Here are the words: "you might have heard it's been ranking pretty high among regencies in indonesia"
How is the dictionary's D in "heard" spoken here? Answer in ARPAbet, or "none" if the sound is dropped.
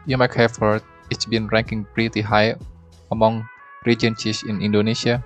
none